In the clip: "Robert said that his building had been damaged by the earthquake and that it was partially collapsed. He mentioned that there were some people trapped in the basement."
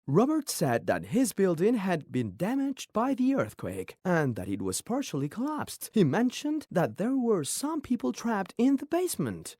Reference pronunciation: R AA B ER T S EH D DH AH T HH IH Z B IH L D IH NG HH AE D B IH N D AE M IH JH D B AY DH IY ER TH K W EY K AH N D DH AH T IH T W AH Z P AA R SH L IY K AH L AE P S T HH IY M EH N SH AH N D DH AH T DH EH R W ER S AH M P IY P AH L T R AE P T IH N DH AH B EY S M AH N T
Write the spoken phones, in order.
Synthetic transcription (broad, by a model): R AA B ER T S EH D DH AH T HH IH Z B IH L D IH NG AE D B IH N D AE M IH JH B AY DH IY ER TH K W EY K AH N DH AH T IH T W AH Z P AA R SH L IY K AH L AE P S T HH IY M EH N SH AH N DH AH T DH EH R W ER S AH M P IY P L T R AE P T IH N DH AH B EY S M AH N T